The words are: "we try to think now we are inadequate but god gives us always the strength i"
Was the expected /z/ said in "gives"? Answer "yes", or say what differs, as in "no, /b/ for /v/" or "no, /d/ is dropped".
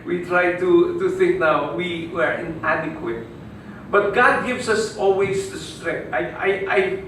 no, /s/ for /z/